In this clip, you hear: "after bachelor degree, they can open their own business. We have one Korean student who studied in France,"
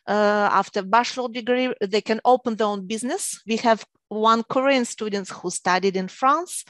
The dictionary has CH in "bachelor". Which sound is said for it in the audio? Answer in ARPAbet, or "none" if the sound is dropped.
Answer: SH